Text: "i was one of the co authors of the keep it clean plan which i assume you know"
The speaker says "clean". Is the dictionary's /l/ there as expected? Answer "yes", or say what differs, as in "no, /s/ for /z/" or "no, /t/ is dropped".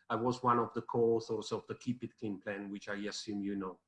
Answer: no, /l/ is dropped